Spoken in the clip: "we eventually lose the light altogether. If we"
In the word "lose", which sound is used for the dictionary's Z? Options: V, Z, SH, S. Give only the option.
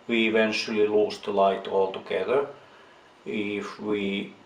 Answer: S